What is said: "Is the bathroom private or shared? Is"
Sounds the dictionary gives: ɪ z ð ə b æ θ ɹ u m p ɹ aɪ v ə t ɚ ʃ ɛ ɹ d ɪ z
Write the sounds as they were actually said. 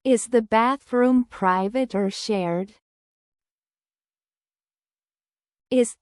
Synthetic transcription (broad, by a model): ɪ z ð ə b æ θ ɹ u m p ɹ aɪ v ə t ɚ ʃ ɛ ɹ d ɪ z